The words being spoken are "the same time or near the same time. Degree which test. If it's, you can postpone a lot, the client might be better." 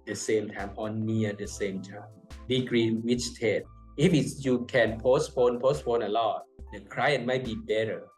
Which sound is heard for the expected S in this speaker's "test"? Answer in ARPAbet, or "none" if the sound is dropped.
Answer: none